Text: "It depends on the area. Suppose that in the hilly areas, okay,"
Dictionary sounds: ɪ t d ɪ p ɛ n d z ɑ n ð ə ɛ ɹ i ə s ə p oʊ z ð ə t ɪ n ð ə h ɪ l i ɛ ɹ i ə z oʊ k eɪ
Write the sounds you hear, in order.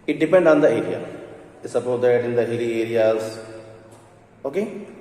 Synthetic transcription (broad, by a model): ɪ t d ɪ p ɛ n d ɑ n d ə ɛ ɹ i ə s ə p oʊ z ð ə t ɪ n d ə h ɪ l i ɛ ɹ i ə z oʊ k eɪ